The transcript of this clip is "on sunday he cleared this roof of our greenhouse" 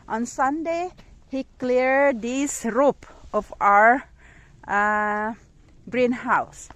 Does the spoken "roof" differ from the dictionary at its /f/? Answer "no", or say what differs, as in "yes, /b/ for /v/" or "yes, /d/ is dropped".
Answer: yes, /p/ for /f/